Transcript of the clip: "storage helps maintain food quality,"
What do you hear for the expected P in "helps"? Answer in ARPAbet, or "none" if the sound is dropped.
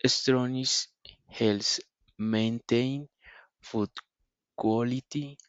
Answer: none